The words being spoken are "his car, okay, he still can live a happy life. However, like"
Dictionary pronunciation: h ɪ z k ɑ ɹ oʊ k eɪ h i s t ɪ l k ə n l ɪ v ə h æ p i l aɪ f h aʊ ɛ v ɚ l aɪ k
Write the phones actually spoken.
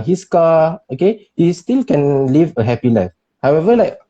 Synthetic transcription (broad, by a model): h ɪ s k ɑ oʊ k eɪ h i s t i l k ə n l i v ə h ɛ p i n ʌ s h aʊ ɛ v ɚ l aɪ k